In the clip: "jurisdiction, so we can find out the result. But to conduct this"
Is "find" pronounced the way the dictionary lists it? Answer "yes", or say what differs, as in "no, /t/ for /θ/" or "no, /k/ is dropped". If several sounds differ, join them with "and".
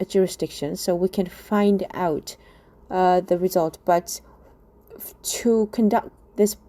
yes